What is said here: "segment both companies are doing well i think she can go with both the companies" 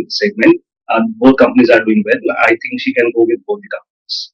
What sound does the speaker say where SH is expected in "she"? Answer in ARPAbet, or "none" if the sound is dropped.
SH